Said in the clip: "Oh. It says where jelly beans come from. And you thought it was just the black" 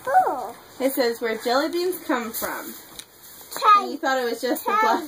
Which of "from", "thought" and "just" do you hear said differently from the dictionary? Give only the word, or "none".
none